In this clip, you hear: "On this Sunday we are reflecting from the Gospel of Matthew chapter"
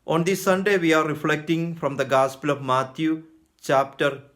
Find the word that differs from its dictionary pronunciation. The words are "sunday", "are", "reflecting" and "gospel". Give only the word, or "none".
none